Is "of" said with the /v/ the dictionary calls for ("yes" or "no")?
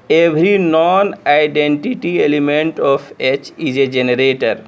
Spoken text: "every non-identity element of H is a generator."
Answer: no